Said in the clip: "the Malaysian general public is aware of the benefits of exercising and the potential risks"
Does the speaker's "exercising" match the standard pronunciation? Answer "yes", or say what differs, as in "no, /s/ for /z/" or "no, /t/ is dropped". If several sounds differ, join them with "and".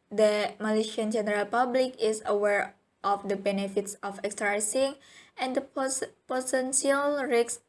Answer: no, /s/ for /z/